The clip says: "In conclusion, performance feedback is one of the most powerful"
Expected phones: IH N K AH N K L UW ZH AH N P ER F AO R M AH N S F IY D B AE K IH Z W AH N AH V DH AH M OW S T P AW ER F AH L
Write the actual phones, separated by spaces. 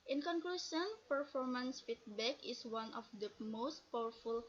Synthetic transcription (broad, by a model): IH N K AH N K L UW SH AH N P ER F AO R M AH N S F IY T B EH K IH S W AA N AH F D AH M OW S T P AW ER F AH L